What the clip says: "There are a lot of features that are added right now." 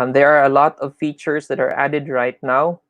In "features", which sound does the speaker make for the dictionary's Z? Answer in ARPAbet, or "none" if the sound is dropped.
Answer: S